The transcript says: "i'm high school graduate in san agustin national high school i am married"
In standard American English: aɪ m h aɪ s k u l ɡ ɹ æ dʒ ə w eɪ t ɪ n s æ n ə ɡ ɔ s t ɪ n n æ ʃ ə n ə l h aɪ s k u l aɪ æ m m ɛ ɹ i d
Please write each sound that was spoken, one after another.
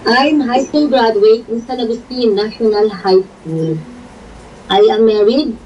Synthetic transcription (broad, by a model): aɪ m h aɪ s k u l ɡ ɹ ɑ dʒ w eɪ ɪ n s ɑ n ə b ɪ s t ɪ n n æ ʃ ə n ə l h aɪ s k u l aɪ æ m m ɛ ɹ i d